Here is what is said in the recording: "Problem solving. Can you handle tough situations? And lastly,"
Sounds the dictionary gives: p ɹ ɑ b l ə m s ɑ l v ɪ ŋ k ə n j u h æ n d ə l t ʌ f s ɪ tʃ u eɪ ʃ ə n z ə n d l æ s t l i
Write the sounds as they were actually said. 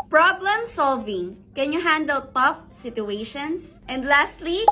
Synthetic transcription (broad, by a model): p ɹ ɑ b l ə m s ɑ l v ɪ ŋ k ə n j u h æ n d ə l t ʌ f s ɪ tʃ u eɪ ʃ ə n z ə n d l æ s t l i